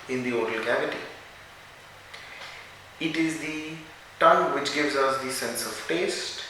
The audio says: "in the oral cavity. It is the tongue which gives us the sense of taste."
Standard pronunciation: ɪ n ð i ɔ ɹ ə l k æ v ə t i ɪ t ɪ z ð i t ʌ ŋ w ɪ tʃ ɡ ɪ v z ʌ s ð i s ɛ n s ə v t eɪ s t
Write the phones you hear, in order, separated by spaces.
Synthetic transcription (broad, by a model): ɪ n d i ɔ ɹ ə l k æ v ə t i ɪ t ɪ z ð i t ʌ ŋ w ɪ tʃ ɡ ɪ v z ʌ s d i s ɛ n s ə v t eɪ s t